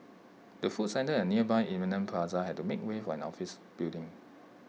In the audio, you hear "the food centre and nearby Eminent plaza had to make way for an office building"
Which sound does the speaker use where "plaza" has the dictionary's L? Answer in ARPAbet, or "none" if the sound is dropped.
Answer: none